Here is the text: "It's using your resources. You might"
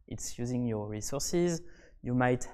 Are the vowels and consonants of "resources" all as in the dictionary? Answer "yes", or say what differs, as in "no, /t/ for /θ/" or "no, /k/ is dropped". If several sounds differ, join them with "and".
yes